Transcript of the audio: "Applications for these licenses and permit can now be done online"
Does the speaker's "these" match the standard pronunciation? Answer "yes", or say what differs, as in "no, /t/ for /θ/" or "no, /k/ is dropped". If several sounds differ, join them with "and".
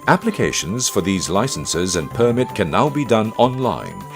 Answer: yes